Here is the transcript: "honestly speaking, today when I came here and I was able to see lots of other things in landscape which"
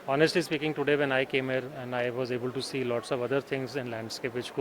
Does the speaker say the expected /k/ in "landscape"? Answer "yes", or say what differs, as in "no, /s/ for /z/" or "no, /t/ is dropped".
yes